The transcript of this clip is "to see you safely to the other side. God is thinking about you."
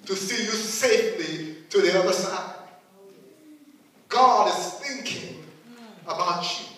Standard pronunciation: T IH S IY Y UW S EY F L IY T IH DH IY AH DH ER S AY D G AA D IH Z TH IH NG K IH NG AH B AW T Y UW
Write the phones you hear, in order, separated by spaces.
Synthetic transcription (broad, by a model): T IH S IY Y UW S EY F L IY T IH DH IY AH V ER S AY D G AA D IH Z TH IH NG K IH NG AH B AW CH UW